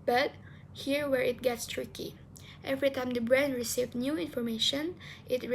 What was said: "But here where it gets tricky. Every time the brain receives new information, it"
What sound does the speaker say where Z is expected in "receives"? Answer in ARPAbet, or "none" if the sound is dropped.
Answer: none